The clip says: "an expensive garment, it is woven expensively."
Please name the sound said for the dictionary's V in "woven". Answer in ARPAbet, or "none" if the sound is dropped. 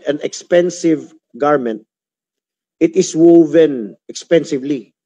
V